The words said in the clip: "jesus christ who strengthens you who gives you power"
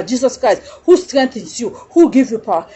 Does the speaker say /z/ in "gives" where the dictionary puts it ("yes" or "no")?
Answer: no